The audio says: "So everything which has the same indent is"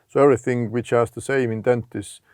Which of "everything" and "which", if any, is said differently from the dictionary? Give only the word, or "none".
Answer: none